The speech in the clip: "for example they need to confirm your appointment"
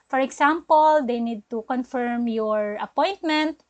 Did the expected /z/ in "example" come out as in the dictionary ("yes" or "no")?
no